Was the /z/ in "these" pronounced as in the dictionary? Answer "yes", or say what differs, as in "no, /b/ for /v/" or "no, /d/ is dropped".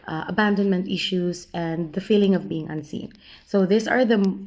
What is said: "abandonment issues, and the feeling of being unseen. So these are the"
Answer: no, /s/ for /z/